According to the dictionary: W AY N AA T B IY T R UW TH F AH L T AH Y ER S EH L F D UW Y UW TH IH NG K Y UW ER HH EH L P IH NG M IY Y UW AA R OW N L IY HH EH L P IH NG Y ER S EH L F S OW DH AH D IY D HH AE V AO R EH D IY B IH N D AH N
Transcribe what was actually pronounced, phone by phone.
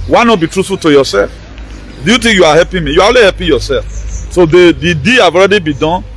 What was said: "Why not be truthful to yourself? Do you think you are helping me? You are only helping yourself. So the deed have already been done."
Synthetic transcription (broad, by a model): W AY N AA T B IY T R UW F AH T AH Y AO S EH L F D UW Y UW T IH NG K Y UW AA HH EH P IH M IY Y UW AA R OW L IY HH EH P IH Y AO S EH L F S OW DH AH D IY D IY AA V AO R EH D IY B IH D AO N